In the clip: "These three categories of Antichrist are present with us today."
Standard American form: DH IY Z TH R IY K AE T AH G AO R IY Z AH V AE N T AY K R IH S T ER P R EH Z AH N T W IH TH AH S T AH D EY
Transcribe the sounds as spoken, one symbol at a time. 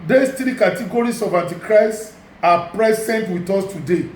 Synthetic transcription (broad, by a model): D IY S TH R IY K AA T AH G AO R IY S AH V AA N T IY K R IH S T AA P R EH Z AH N T W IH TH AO S T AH D EY